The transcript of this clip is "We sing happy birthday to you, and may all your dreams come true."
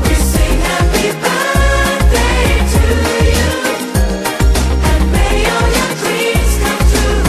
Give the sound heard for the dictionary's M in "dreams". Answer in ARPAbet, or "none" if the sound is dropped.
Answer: none